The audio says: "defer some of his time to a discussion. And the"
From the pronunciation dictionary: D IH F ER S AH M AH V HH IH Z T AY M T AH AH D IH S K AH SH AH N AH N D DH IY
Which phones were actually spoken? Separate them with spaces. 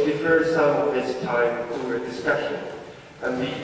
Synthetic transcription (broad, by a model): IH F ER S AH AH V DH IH S T AY M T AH AH D IH S K AH SH AH N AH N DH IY